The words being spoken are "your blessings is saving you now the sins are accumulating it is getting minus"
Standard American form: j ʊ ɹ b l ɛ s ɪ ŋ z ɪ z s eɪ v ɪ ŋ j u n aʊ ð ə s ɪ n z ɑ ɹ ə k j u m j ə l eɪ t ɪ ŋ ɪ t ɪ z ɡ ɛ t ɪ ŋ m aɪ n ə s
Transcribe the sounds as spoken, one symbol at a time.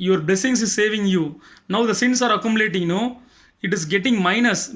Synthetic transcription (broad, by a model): j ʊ ɹ b l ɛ s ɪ ŋ s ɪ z s eɪ v ɪ ŋ j u n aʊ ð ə s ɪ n s ɑ ɹ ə k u m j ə l eɪ t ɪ ŋ ɪ t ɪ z ɡ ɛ t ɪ ŋ m aɪ n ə s